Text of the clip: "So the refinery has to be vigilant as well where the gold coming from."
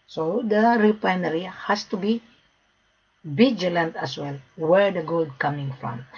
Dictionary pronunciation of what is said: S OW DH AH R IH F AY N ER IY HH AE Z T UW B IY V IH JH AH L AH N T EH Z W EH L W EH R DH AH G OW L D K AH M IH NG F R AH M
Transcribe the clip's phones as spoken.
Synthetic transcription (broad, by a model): S OW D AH R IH P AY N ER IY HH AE S T UW B IY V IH JH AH L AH N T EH S W EH L W EH R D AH G OW L D K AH M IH NG F R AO M